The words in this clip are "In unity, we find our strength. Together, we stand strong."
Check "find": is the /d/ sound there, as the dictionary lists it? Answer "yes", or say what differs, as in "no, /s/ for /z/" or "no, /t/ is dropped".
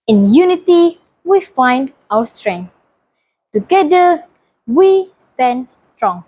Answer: yes